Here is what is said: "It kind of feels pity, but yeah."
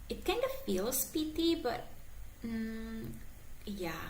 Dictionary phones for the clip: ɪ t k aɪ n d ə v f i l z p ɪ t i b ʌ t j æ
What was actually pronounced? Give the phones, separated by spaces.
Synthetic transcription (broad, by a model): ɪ t k aɪ n d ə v f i l s p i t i b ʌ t j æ